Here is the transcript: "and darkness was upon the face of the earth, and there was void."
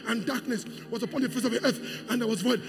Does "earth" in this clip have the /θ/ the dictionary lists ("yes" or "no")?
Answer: yes